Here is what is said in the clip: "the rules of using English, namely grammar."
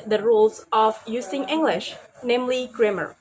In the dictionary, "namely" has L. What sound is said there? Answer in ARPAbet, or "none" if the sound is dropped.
L